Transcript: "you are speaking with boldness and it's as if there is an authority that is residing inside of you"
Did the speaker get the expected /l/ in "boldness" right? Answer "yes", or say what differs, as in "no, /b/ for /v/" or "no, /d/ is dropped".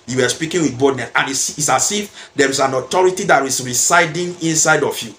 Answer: no, /l/ is dropped